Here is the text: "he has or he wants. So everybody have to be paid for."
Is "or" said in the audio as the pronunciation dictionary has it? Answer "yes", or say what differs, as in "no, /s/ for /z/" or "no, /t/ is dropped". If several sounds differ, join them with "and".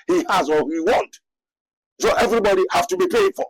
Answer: no, /l/ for /ɹ/